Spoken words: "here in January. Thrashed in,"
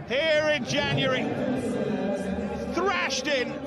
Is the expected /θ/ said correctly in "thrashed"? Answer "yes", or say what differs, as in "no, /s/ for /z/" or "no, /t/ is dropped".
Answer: yes